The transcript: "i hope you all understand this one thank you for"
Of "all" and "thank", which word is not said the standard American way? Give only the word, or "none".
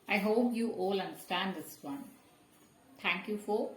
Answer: thank